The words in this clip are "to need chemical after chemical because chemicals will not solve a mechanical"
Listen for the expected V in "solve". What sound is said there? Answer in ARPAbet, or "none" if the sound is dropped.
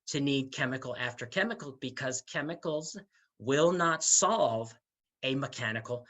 V